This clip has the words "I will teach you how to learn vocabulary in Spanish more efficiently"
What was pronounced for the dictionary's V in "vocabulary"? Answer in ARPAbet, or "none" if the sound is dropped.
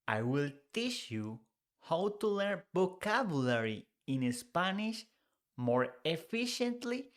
B